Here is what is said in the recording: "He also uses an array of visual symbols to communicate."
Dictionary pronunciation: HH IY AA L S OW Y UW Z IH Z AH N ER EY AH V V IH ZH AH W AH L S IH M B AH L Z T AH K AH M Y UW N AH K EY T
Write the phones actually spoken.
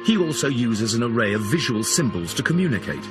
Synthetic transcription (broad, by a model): HH IY AA L S OW Y UW Z IH Z AH N ER EY AH V V IH ZH AH W AH L S IH M B AH L Z T AH K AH M Y UW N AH K EY T